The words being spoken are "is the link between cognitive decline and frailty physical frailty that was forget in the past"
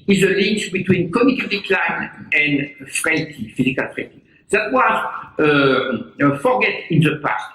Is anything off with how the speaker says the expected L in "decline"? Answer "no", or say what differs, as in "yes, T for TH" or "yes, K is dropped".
no